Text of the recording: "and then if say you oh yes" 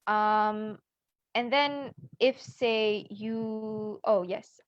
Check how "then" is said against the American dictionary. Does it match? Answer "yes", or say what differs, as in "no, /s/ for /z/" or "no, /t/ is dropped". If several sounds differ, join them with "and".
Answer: yes